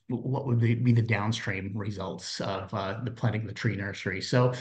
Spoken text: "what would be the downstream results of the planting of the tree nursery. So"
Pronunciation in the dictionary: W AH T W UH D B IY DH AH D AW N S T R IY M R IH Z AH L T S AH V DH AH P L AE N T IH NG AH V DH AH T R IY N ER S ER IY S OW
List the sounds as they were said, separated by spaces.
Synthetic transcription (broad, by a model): W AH T W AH D B IY DH AH D AW N S T R IY M R IH Z AH L T S AH V DH AH P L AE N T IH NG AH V DH AH T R IY N ER S ER IY S OW